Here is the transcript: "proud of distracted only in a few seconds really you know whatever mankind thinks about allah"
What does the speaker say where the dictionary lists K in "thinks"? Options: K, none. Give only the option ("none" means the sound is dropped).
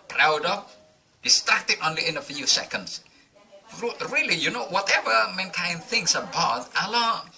none